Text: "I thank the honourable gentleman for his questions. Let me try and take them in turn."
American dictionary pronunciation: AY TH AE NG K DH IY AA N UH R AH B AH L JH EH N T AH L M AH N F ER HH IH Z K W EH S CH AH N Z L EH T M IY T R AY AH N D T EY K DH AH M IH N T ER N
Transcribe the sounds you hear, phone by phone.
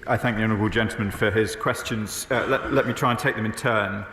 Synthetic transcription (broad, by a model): AY TH AE NG K DH IY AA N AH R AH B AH L JH EH N T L M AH N F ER IH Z K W EH S CH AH N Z L EH T M IY T R AY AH N T EY K DH AH M IH N T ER N